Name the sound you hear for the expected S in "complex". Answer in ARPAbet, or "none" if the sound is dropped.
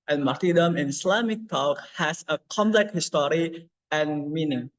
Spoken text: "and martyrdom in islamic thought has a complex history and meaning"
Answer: none